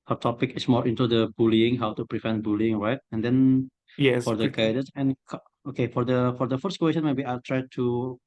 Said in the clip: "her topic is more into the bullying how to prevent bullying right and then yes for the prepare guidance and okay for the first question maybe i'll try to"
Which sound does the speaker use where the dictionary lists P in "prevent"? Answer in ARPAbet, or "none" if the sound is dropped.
P